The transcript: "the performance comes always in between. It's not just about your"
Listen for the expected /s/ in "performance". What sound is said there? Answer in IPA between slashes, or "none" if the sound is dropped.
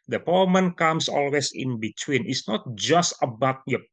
none